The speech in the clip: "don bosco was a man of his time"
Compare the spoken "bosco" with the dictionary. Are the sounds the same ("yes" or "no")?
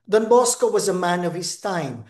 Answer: yes